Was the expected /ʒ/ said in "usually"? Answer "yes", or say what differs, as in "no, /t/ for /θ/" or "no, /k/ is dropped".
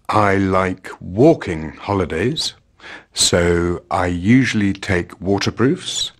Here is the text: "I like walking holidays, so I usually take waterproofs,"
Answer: yes